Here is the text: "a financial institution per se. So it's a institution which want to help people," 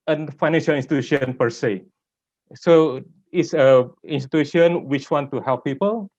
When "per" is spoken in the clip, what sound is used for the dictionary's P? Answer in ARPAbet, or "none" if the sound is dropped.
P